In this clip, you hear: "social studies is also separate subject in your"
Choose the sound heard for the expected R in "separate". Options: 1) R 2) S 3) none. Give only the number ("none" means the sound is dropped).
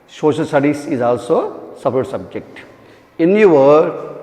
3